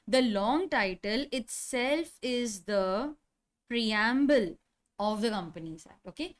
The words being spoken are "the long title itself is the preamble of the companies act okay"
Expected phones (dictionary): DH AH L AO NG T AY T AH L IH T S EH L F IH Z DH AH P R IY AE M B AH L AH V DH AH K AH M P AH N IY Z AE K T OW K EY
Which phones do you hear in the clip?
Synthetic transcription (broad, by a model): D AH L AO NG T AY T AH L IH T S EH L F IH Z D AH P R IY AE M B AH L AH V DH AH K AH M P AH N IY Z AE T OW K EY